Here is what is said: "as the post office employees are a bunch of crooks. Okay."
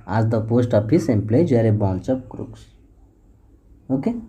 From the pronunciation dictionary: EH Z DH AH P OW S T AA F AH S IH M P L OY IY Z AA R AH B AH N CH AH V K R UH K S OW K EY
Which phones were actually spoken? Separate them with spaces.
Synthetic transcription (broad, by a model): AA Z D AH P OW S T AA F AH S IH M P L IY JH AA R AH B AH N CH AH P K R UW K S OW K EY